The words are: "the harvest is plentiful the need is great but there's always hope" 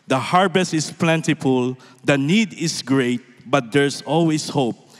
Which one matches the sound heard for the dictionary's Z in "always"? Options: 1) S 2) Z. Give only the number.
1